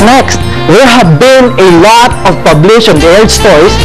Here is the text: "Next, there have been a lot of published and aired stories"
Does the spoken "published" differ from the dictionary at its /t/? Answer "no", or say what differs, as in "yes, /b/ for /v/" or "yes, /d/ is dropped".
yes, /t/ is dropped